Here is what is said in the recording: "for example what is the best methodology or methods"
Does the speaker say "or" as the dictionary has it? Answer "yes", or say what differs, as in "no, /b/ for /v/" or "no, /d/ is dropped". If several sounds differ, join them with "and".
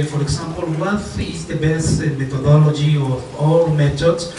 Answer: no, /l/ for /ɹ/